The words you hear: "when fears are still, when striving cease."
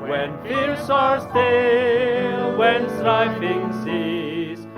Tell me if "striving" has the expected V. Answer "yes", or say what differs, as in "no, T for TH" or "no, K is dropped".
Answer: no, F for V